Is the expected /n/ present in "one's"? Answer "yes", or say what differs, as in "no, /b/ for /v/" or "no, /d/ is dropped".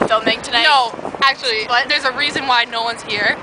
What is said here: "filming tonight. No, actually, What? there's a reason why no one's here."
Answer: yes